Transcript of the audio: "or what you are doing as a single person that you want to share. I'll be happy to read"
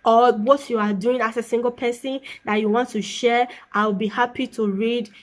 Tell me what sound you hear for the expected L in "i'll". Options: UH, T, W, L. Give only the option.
W